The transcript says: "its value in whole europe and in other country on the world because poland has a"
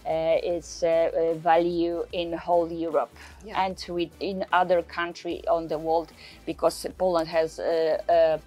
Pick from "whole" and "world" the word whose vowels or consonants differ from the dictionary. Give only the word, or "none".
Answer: none